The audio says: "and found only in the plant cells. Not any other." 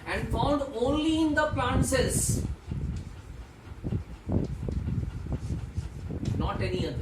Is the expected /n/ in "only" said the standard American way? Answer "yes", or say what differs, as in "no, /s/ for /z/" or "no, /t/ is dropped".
yes